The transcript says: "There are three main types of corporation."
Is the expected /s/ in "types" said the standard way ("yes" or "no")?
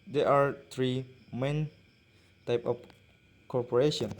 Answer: no